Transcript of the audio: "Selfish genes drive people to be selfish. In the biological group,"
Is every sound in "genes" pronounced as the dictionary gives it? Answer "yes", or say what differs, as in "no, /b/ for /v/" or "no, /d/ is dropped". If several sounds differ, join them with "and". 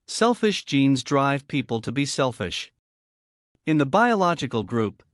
yes